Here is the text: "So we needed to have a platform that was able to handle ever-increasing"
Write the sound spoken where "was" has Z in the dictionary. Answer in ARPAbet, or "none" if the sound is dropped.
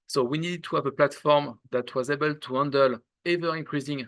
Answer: Z